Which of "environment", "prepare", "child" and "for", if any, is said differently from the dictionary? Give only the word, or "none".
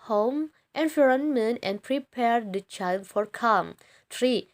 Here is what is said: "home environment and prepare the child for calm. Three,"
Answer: environment